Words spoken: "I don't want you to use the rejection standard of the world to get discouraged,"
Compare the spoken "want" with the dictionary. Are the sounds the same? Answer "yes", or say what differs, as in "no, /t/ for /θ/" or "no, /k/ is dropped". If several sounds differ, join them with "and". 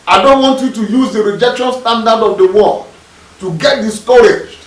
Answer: yes